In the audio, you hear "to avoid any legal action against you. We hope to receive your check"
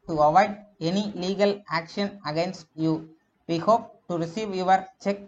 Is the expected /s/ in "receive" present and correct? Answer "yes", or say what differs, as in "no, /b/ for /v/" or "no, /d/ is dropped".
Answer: yes